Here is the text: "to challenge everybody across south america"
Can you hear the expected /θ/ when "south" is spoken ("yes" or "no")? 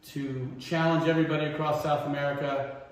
yes